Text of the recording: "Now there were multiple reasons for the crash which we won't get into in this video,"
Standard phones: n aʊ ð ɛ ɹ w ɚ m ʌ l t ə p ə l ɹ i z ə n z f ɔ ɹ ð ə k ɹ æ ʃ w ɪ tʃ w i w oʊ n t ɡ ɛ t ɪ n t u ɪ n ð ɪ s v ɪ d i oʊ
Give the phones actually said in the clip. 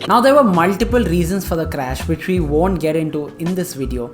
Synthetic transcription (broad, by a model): n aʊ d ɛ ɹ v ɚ m ʌ l t ə p ə l ɹ i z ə n s f ɔ ɹ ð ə k ɹ æ ʃ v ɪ tʃ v i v oʊ n t ɡ ɛ t ɪ n t u ɪ n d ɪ s v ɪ d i oʊ